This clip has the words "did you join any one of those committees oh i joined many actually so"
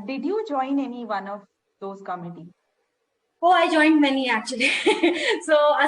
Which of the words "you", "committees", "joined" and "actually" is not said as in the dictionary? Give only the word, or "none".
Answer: committees